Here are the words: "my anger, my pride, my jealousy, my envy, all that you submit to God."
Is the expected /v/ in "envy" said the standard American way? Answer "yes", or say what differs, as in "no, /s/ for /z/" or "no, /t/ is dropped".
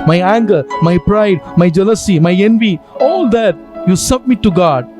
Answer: yes